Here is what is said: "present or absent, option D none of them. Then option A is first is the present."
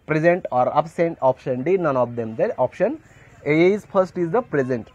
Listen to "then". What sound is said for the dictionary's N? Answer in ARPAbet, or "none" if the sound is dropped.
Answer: none